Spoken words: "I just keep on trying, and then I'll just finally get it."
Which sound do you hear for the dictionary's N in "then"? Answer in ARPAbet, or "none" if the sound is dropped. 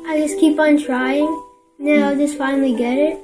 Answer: none